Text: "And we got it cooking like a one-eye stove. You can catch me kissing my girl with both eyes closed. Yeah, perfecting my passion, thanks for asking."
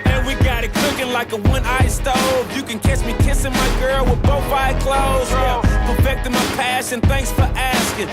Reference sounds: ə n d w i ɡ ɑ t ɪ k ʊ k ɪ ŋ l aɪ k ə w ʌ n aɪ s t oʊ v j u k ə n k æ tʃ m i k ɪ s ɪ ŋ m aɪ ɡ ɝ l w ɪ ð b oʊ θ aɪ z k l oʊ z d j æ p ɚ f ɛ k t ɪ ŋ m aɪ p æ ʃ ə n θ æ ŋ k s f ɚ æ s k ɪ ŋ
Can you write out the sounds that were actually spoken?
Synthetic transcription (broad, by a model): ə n w i ɡ ɑ t ɪ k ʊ k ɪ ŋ l aɪ k ə w ʌ n aɪ s t oʊ v j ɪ k ə n k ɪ s m i k ɪ s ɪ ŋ m aɪ ɡ ɝ l w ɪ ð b oʊ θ aɪ k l oʊ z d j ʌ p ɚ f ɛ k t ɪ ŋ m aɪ p æ ʃ ə n θ æ ŋ k s f ɚ æ s k ɪ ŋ